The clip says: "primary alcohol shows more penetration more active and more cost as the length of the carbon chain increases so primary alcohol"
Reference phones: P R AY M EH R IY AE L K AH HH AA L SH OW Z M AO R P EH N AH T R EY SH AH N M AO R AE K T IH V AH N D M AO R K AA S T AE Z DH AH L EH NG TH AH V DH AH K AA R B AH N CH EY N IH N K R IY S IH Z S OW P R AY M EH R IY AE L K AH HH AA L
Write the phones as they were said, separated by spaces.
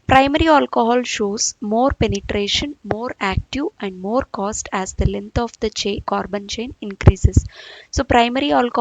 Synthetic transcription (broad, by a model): P R AY M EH R IY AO L K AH HH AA L SH OW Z M AO R P EH N AH T R EY SH AH N M AO R AE K T IH V AH N D M AO R K AA S T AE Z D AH L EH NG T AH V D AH K AA R B AH N CH EY N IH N K R IY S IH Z S OW P R AY M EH R IY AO L K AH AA